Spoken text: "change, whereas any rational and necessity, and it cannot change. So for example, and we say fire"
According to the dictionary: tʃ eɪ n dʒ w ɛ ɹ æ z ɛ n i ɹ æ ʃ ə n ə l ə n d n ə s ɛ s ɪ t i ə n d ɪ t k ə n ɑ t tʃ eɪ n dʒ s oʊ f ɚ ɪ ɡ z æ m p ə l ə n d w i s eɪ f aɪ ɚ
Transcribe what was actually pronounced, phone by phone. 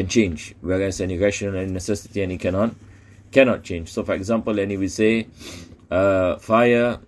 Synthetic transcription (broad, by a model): tʃ eɪ n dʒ w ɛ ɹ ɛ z ɛ n i ɹ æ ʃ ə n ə n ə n n ə s ɛ s ɪ t i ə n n ɪ t k ə n ɑ t tʃ eɪ n dʒ s oʊ f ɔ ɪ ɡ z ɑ m p ə l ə n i w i s eɪ f aɪ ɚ